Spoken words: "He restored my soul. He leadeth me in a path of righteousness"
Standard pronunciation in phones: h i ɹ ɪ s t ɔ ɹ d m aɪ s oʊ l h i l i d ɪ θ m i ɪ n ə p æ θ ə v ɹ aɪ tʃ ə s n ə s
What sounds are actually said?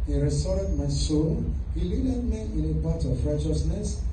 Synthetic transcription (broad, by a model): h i ɹ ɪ s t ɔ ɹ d m aɪ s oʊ n h i l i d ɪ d m i ɪ n ə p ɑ t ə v ɹ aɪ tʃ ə s n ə s